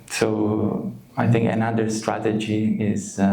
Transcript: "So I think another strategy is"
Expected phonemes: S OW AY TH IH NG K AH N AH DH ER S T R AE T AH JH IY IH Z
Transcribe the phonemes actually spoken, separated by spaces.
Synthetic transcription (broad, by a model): S OW AY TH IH NG K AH N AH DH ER S T R AE T AH JH IY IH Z